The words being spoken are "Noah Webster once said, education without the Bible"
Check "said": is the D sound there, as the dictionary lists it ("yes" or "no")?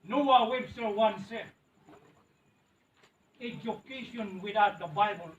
no